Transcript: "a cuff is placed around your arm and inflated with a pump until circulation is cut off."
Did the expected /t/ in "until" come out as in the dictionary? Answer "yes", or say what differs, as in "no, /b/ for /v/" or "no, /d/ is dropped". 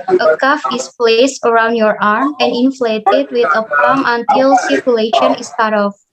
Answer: yes